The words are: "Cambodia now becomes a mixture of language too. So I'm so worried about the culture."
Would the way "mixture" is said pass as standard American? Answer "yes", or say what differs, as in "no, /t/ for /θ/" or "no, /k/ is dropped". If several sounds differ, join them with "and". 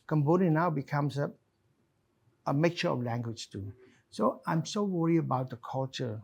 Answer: no, /s/ is dropped